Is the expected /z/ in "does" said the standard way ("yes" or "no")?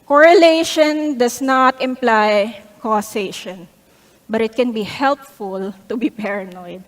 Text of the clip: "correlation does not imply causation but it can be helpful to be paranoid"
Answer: no